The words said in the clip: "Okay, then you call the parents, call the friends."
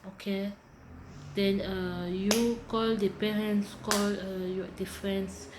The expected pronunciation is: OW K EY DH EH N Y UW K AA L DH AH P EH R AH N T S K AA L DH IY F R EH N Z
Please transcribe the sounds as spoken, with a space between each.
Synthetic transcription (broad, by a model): OW K EY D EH N Y UW K AA L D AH P EH R AH N T S K AA L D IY F R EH N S